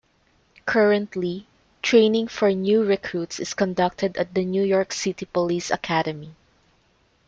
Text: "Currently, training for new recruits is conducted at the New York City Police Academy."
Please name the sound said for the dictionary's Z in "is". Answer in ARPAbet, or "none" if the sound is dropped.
S